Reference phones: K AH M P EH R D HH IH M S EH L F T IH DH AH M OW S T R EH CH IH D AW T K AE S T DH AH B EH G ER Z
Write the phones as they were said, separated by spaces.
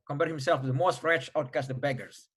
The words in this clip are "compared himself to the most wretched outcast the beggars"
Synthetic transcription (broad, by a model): K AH M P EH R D HH IH M S EH L F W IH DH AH M OW S T R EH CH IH UH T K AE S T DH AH B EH G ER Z